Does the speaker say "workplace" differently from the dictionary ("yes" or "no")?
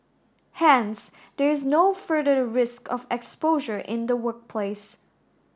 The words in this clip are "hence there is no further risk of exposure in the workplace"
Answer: no